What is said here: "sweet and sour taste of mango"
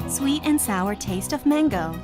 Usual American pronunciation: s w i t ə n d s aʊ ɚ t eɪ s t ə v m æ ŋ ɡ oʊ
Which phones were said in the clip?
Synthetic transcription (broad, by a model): s w i t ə n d s aʊ ɚ t eɪ s t ə v m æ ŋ ɡ oʊ